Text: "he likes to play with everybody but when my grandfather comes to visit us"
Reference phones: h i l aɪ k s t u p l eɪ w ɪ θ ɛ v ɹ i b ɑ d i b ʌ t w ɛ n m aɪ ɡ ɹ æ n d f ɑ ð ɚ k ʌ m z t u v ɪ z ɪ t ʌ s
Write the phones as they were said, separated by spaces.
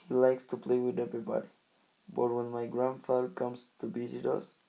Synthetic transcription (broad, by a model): h i l aɪ k s t u p l eɪ w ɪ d ɛ v ɹ i b ɑ d i b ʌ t w ɛ n m aɪ ɡ ɹ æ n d f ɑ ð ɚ k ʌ m s t u b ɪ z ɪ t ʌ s